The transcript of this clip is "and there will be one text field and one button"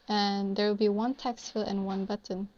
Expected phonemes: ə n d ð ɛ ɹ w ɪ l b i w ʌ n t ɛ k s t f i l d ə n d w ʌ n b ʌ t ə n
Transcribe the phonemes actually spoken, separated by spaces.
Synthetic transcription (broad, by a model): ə n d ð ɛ ɹ w ɪ l b i w ʌ n t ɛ k s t f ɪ l ə n w ʌ n b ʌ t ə n